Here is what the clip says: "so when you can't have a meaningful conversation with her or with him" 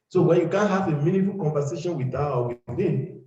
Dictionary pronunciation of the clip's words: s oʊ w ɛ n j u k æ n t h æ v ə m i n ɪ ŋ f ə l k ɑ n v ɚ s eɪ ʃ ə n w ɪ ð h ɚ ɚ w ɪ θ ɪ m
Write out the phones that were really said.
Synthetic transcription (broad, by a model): s oʊ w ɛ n j u k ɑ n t h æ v ə m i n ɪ f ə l k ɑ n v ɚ s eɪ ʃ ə n w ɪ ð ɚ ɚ w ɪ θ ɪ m